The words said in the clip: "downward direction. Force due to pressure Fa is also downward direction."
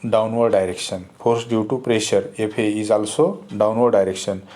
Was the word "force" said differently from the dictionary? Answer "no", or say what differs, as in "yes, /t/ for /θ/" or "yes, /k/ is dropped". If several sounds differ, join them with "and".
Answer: yes, /p/ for /f/